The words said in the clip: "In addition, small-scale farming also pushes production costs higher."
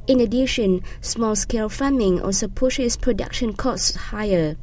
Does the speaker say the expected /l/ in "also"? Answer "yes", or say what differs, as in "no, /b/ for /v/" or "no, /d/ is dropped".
no, /l/ is dropped